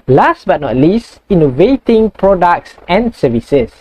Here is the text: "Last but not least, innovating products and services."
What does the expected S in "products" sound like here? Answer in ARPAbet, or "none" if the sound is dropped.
S